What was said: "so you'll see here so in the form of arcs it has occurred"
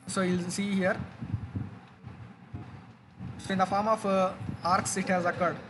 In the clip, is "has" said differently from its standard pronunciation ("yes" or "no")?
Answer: no